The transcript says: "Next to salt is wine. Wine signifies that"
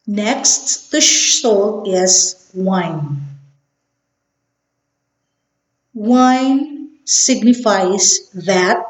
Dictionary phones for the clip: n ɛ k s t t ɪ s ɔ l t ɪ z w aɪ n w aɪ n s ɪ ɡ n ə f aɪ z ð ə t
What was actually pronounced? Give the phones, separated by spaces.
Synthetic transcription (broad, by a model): n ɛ k s t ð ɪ ʃ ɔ l ɪ z w aɪ n w aɪ n s ɪ ɡ n ə f aɪ z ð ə t